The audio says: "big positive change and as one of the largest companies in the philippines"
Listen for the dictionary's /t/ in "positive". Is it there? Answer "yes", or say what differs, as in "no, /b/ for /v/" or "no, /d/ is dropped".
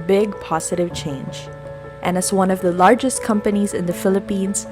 yes